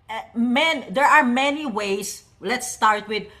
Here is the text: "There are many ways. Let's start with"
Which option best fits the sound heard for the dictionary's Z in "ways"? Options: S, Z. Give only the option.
S